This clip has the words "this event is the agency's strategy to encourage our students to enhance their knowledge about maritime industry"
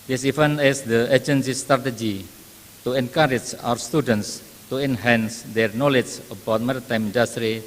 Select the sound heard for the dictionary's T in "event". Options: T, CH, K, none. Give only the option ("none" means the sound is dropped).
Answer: none